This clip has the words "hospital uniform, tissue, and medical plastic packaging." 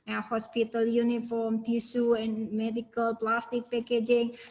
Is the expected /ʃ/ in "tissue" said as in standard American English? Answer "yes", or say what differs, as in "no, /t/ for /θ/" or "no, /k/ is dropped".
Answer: no, /s/ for /ʃ/